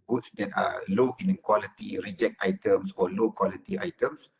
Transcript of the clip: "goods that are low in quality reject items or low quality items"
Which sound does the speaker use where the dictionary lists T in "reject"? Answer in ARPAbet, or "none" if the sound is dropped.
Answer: T